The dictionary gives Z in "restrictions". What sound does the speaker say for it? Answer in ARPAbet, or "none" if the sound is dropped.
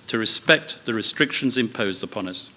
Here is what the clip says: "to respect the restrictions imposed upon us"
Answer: Z